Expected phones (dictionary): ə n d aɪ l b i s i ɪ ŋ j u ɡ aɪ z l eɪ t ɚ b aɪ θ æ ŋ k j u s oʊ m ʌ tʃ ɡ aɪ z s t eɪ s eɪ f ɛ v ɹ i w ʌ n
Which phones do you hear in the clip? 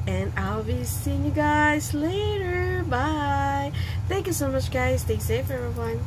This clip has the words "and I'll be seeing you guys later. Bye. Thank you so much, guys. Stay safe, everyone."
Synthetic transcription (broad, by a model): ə n aɪ l b i s i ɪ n j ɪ ɡ aɪ z l eɪ t ɚ b aɪ θ æ ŋ k j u s oʊ m ʌ tʃ ɡ aɪ z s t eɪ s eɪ f ɛ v ɹ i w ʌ n